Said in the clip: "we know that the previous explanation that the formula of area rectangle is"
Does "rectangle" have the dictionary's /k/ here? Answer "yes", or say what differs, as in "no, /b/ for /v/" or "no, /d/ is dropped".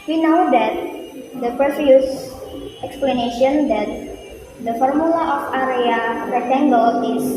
no, /k/ is dropped